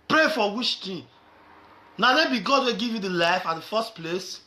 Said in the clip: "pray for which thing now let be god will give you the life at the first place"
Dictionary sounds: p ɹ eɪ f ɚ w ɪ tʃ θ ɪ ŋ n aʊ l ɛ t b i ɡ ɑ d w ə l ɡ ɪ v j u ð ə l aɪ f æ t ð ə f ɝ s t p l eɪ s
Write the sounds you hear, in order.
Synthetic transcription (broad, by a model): p ɹ eɪ f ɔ w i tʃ t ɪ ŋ n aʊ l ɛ b i ɡ ɑ d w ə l ɡ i v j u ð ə l aɪ f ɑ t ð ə f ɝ s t p l eɪ s